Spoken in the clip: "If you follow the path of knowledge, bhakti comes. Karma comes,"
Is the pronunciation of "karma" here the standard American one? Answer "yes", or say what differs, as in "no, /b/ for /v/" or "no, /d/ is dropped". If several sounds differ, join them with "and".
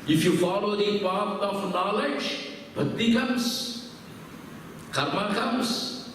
yes